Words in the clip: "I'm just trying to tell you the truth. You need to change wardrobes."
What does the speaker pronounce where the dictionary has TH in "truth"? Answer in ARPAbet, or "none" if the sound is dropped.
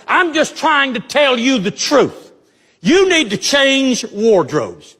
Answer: TH